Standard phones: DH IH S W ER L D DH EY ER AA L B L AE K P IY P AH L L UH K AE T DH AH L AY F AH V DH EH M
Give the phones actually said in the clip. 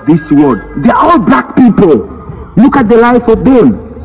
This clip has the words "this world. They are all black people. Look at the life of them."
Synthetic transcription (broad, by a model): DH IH S W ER D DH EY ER AA L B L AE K P IY P AH L L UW K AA T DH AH L AY F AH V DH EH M